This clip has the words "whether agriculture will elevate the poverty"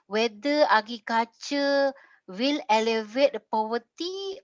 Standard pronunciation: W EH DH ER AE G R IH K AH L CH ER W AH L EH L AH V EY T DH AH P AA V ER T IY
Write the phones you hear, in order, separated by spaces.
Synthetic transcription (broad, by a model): W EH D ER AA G IH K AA CH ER W AH L EH L AH V EY T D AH P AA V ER T IY